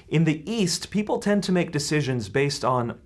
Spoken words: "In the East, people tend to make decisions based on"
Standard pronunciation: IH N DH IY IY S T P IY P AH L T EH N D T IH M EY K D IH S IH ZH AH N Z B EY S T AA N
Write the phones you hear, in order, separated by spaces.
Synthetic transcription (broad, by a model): IH N DH IY IY S T P IY P L T EH N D T IH M EY K D IH S IH ZH AH N Z B EY S T N